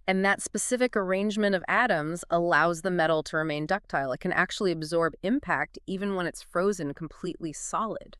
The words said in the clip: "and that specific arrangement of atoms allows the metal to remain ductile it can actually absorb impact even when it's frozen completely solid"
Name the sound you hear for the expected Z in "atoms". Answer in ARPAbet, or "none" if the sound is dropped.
Z